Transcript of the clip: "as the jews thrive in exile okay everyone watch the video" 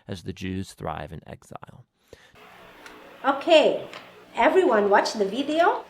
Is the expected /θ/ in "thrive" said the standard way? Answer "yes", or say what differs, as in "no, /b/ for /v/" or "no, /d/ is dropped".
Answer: yes